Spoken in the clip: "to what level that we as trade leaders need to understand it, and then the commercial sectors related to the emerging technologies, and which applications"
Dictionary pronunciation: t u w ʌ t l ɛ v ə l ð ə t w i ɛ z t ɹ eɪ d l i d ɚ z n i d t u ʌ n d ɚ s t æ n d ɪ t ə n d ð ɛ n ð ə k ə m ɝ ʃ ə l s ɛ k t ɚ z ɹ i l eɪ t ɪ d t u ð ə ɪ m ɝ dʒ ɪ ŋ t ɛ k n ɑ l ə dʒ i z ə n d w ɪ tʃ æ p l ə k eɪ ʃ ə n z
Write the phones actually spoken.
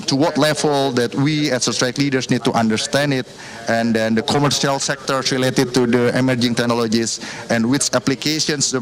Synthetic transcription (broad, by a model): t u w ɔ t l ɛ f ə l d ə t w i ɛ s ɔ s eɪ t l i d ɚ s n i d t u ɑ n d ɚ s t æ n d ɪ t ə n d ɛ n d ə k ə m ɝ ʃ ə l s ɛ k t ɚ s ɹ i l eɪ t ɪ d t u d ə ɪ m ɝ dʒ ɪ ŋ t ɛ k n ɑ l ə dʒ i s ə n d w ɪ tʃ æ p l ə k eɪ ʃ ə n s